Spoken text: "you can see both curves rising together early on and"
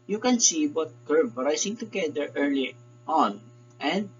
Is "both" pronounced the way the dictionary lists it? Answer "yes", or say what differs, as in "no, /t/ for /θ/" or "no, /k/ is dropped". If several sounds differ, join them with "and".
no, /t/ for /θ/